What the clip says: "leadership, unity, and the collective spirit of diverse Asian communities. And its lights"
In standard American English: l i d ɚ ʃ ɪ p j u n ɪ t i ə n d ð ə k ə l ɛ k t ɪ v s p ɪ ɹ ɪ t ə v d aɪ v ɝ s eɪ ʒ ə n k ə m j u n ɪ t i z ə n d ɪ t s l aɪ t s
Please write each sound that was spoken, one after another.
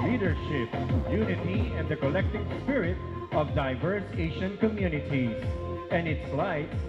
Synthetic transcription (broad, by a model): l i d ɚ ʃ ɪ p j u n ɪ t i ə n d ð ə k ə l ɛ k t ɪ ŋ s p ɪ ɹ ɪ t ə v d aɪ v ɝ s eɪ ʃ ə n k ə m j u n ɪ t i z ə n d ɪ t s l aɪ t